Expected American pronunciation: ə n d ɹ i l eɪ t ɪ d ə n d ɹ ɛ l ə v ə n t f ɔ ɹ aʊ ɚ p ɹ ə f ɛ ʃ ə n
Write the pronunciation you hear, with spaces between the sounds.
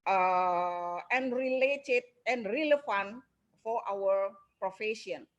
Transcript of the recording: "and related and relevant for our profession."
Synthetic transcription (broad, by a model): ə n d ɹ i l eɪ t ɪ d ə n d ɹ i l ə f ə n f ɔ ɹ aʊ ɚ p ɹ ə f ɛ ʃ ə n